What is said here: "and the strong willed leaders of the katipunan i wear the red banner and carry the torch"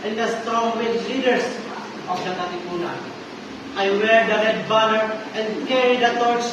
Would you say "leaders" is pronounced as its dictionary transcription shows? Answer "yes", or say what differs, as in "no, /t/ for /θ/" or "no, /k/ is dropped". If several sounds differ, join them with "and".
no, /s/ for /z/